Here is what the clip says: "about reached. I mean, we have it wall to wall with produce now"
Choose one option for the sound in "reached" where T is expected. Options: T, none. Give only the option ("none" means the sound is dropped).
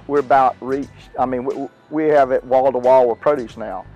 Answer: none